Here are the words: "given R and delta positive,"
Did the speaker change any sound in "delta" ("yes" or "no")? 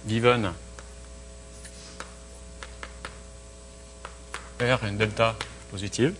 no